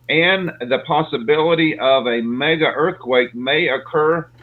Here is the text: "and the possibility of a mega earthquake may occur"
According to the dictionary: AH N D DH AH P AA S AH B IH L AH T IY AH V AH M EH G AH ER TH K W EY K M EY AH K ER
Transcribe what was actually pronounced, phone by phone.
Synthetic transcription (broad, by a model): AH N DH AH P AA S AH B IH L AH T IY AH V AH M EH G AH ER TH K W EY K M EY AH K ER